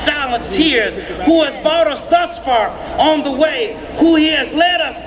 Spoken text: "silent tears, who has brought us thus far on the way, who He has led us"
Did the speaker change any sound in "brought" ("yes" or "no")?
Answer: yes